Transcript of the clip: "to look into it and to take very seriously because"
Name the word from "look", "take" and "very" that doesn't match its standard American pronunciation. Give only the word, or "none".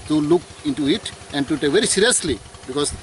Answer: none